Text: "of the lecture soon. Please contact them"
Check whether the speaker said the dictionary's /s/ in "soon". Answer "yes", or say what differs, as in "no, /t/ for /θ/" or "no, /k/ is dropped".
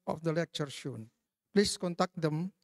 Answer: no, /ʃ/ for /s/